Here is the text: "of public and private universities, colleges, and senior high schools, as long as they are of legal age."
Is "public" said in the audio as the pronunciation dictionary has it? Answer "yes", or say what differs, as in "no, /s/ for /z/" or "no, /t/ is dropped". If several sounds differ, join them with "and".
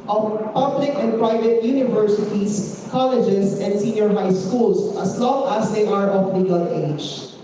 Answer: yes